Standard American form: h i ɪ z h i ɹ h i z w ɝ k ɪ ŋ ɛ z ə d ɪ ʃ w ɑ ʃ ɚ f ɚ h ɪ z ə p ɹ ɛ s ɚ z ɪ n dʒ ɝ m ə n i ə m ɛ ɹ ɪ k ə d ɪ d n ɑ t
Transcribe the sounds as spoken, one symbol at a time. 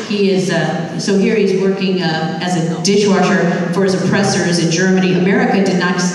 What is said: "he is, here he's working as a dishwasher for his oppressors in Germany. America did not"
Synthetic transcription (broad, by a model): h i ɪ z h i ɹ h i z w ɝ k ɪ ŋ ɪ z ə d ɪ ʃ w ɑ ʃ ɚ f ɚ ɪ z ə p ɹ ɛ s ɚ z ɪ n dʒ ɝ m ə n i ə m ɛ ɹ ɪ k ə d ɪ d n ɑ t